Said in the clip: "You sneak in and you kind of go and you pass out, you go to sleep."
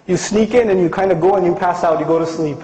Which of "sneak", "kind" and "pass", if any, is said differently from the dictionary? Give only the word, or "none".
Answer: none